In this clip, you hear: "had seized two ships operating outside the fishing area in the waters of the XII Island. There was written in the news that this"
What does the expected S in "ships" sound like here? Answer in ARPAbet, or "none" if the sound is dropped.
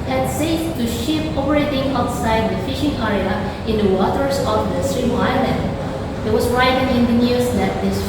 none